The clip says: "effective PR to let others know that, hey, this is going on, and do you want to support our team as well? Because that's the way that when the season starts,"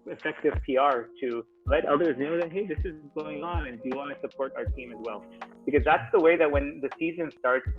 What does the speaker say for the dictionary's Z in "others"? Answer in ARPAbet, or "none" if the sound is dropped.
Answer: Z